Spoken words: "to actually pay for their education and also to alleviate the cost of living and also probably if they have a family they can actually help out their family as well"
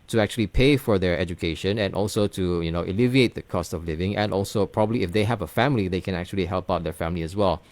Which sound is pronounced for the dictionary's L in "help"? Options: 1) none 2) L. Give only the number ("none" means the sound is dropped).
2